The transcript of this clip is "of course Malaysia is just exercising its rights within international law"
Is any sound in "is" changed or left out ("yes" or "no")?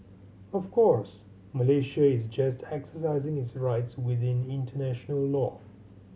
no